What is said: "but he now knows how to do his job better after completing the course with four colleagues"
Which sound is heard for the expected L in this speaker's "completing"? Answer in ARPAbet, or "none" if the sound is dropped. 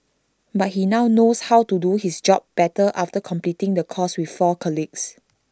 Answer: L